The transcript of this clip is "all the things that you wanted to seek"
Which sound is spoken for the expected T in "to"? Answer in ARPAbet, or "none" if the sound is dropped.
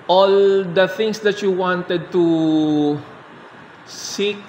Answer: T